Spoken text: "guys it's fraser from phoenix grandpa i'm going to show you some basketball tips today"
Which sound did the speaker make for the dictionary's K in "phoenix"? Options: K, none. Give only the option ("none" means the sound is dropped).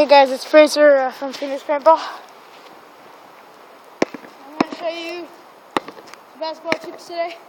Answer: none